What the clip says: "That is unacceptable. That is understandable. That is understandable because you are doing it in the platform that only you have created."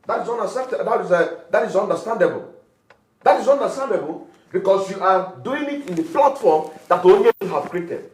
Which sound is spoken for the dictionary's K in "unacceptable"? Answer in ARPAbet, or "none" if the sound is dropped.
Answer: none